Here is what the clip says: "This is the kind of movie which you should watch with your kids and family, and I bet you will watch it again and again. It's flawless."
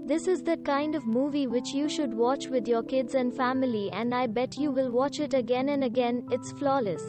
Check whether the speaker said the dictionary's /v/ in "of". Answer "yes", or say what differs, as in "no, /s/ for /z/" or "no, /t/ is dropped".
yes